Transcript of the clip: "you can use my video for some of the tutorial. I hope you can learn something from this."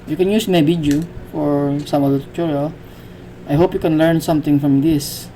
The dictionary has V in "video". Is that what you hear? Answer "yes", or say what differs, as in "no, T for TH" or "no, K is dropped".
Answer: no, B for V